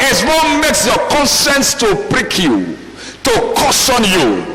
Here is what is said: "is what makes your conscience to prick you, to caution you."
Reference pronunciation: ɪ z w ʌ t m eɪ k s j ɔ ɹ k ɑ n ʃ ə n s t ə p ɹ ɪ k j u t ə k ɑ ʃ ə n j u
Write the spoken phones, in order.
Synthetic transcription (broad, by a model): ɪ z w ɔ m eɪ k s j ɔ k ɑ n s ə n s t ə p ɹ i k j u t ə k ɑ s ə n j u